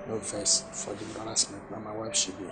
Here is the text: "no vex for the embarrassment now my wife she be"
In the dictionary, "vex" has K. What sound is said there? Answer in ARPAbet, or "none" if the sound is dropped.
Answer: none